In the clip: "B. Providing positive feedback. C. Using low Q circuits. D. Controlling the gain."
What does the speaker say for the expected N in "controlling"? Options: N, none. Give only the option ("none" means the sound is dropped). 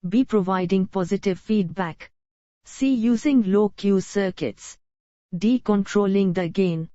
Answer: N